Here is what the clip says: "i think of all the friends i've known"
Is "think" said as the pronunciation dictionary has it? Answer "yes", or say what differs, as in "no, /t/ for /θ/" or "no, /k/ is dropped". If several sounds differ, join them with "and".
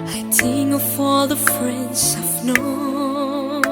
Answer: no, /k/ is dropped